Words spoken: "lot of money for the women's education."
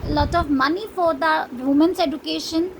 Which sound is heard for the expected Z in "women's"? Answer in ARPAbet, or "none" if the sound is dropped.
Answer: S